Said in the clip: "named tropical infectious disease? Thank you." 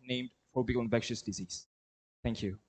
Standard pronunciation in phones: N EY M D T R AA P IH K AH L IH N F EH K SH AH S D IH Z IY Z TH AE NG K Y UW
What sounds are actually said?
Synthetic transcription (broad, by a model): N EY M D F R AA B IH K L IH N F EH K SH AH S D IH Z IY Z TH AE NG K Y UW